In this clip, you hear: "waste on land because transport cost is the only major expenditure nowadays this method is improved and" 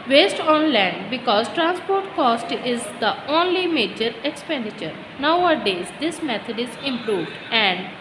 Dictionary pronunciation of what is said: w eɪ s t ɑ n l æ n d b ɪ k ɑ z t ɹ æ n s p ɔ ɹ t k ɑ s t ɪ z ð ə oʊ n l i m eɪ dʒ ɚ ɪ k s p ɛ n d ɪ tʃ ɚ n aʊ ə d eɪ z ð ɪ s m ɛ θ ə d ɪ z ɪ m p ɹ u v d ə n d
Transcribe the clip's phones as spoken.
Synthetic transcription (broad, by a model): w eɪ s t ɑ n l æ n d b ɪ k ɑ z t ɹ æ n s p ɔ ɹ t k ɑ s t ɪ z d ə oʊ n l i m eɪ dʒ ɚ ɪ k s p ɛ n d ɪ tʃ ɚ n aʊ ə d eɪ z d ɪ s m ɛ t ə d ɪ z ɪ m p ɹ u v d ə n d